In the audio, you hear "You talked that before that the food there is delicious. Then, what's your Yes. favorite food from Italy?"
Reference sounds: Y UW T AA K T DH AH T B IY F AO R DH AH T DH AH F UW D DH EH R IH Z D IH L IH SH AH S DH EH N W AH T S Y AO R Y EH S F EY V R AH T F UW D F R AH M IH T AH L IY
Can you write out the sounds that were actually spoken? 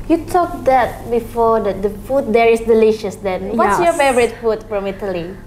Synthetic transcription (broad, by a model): Y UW T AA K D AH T B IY F AO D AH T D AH F UW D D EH R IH S D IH L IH SH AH S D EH N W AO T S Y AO F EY B R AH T F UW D F R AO M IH T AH L IY